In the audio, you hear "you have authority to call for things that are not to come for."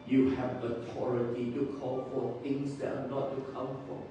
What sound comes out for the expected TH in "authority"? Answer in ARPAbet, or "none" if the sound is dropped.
T